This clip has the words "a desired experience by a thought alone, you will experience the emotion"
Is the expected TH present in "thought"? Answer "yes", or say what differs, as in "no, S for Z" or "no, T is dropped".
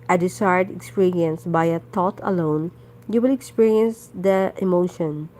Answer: no, T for TH